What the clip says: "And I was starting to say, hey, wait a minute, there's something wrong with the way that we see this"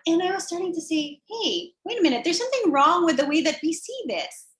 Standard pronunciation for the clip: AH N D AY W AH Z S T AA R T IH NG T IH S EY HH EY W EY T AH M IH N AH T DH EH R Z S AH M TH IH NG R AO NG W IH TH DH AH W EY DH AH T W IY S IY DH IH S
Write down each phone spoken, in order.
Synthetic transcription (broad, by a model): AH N AY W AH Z S T AA R T IH NG T IH S EY HH EY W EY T AH M IH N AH T DH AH R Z S AH M TH IH NG R AO NG W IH DH AH W EY DH AH T W IY S IY DH IH S